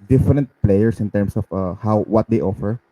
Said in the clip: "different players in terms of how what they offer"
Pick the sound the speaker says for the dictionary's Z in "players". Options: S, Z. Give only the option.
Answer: S